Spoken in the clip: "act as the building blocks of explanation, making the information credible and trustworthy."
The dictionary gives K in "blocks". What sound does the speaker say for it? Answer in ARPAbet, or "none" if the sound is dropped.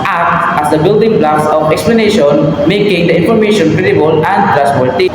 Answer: none